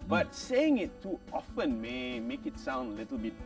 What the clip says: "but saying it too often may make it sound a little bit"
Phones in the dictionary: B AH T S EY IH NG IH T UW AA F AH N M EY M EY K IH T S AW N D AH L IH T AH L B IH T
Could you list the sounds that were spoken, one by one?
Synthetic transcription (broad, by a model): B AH T S EY IH NG IH T UW AA F AH N M EY M EY K IH T S AW N D AH L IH T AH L B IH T